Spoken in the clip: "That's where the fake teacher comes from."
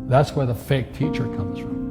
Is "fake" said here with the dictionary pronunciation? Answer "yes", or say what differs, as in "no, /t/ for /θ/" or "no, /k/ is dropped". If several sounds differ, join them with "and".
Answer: yes